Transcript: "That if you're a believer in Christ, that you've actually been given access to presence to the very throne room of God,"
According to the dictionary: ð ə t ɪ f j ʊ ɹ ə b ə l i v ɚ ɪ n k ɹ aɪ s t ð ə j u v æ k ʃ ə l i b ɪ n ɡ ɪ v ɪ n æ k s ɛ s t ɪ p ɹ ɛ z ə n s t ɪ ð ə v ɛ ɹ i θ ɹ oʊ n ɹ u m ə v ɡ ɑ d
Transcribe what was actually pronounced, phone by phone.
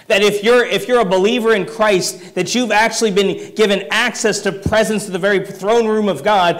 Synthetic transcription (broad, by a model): ð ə t ɪ f j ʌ ɹ ə b ə l i v ɚ ɪ n k ɹ aɪ s t ð ə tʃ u v æ k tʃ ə l i b ɪ n ɡ ɪ v ɪ n æ k s ɛ s t ɪ p ɹ ɛ z ə n s t ɪ ð ə v ɛ ɹ i θ ɹ oʊ n ɹ u m ə v ɡ ɑ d